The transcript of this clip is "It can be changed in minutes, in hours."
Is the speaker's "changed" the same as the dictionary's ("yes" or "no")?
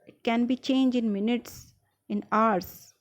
no